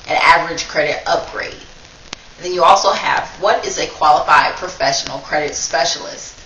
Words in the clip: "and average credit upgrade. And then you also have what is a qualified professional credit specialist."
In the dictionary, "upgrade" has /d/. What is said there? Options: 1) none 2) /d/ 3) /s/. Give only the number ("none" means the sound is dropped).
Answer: 1